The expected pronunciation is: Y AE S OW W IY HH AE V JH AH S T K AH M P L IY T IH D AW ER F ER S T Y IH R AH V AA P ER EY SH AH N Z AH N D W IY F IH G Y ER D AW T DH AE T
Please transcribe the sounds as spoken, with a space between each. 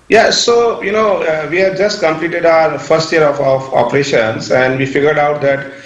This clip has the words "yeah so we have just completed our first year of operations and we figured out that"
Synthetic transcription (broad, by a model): Y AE S OW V IY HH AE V JH AH S T K AH M P L IY T IH D AW ER F ER S T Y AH R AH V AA F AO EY SH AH N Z AH N D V IY F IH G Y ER D AW T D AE T